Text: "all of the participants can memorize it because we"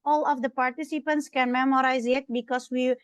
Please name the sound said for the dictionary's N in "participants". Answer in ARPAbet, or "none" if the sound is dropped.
N